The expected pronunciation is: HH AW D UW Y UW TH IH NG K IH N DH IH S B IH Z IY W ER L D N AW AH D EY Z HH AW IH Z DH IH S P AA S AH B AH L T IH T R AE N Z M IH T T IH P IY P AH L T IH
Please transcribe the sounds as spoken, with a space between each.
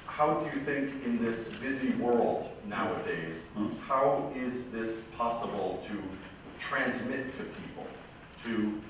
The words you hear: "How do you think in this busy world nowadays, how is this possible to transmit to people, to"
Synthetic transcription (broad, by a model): HH AW D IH Y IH TH IH NG K IH N DH IH S B IH Z IY W ER L D N AW AH D EY Z HH AW IH Z DH IH S P AA S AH B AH L T IH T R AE N Z M IH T T IH P IY P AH L T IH